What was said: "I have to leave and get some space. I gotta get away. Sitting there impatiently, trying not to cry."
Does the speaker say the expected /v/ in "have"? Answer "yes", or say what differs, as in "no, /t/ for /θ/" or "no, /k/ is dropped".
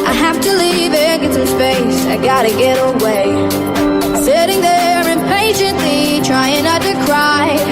no, /f/ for /v/